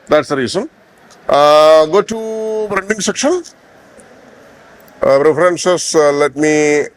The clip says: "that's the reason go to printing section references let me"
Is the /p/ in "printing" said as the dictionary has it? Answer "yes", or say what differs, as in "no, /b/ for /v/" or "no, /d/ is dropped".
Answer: no, /b/ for /p/